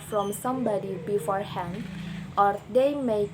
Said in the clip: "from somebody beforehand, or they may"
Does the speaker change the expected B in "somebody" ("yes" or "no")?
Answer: no